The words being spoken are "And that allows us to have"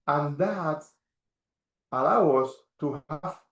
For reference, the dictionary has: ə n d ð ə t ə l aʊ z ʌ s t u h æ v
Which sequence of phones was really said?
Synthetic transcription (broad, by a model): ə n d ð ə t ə l aʊ ʌ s t u h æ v